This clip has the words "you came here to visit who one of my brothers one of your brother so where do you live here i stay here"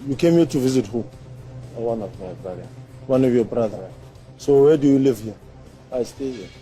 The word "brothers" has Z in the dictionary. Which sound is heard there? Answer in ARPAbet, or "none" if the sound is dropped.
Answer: none